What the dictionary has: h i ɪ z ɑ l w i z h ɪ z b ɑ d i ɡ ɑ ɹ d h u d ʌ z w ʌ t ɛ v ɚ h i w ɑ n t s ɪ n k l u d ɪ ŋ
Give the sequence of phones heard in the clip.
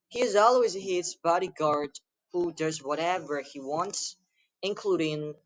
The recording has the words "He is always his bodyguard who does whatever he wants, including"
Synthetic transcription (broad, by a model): h i ɪ z ɑ l w i z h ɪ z b ɑ d i ɡ ɑ ɹ d h u d ʌ z w ʌ t ɛ v ɚ h i w ɑ n t s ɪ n k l u d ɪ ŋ